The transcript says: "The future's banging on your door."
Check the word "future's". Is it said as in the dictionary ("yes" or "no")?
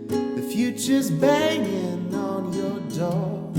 yes